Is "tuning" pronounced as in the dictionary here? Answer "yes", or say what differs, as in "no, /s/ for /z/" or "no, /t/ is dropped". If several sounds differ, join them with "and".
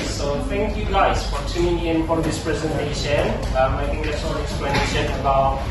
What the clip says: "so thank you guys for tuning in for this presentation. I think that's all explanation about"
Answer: no, /n/ is dropped